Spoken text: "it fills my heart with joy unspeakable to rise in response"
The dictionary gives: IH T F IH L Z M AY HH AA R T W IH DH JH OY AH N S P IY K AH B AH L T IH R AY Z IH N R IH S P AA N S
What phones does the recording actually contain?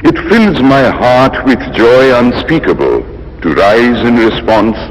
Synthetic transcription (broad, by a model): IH T F IH L Z M AY HH AA R T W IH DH JH OY AH N S P IY K AH B AH L T IH R AY Z IH N R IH S P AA N S